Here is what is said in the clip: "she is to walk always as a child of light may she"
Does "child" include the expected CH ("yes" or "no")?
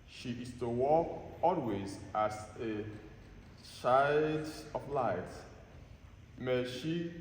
no